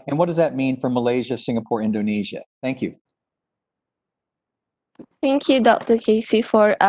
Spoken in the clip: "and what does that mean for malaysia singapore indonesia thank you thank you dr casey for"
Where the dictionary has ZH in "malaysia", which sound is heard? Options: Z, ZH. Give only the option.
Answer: ZH